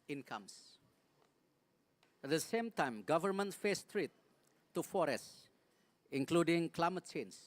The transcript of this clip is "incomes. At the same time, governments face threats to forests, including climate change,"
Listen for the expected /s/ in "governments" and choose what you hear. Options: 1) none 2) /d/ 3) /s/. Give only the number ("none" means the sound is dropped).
1